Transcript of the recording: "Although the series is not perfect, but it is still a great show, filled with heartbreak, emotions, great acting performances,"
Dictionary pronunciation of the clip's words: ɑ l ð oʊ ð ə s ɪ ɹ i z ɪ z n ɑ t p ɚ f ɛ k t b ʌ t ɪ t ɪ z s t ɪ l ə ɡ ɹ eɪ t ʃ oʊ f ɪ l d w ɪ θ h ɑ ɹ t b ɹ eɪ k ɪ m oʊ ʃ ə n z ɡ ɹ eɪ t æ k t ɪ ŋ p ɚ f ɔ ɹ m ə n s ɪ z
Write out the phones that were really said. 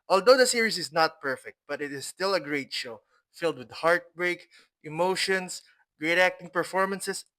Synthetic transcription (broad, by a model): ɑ l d oʊ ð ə s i ɹ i s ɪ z n ɑ t p ɚ f ɛ k t b ʌ t ɪ t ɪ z s t ɪ l ə ɡ ɹ eɪ t ʃ oʊ f ɪ l d w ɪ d h ɑ ɹ t b ɹ eɪ k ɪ m oʊ ʃ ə n s ɡ ɹ eɪ t æ k t ɪ ŋ p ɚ f ɔ ɹ m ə n s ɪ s